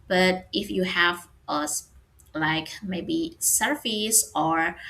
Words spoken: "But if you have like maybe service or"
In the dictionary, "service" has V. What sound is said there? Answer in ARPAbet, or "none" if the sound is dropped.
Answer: F